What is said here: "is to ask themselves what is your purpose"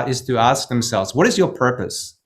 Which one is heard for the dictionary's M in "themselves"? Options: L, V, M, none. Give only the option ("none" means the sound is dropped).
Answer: M